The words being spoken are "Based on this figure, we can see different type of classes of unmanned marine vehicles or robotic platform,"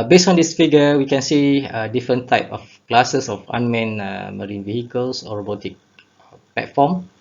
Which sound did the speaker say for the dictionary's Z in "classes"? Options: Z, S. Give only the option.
S